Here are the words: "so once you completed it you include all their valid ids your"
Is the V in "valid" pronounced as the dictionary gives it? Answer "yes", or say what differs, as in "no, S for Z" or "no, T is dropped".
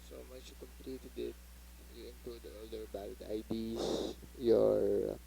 no, B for V